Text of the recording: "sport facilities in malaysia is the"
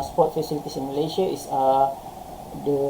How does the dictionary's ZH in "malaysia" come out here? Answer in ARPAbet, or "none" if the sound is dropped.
S